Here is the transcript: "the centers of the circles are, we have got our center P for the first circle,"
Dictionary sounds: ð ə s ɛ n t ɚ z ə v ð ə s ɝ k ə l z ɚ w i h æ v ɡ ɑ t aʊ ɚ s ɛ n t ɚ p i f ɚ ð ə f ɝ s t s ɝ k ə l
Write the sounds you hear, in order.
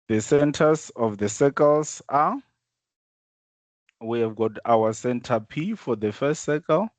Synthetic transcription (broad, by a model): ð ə s ɛ n t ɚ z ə f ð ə s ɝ k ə l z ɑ w i h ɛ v ɡ ɑ t aʊ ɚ s ɛ n t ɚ p i f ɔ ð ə f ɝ s t s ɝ k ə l